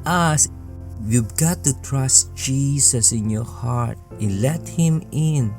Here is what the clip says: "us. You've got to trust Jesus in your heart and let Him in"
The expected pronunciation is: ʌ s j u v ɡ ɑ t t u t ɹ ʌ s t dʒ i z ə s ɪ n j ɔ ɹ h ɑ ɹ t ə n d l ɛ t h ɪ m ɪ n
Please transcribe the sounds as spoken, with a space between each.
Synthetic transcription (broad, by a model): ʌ s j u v ɡ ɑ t t u t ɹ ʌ s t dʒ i s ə s ɪ n j ɔ ɹ h ɑ ɹ t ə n l ɛ t h ɪ m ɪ n